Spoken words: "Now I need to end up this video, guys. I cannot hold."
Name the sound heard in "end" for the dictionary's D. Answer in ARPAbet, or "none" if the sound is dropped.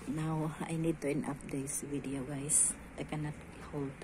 none